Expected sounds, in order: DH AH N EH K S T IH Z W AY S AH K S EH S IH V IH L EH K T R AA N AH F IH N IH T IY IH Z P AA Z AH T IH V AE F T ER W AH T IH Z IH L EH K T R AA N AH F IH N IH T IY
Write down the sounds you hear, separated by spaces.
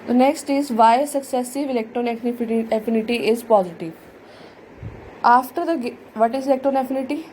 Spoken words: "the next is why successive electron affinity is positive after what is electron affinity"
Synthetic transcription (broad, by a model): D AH N EH K S T IH Z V AY S AH K S EH S IH V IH L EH K T R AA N AH F IH N IH T IY IH Z P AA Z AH T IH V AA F T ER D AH T IH Z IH L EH K T R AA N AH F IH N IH T IY